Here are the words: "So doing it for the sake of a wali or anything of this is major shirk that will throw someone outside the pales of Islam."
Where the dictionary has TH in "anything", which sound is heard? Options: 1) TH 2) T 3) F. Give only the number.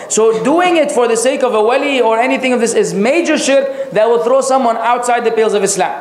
1